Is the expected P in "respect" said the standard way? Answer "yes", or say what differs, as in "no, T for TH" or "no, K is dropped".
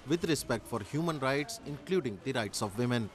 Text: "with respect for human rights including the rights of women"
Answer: yes